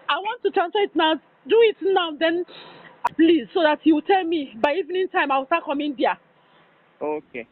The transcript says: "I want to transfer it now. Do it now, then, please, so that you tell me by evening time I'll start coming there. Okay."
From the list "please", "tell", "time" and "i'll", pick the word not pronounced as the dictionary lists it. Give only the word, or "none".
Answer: i'll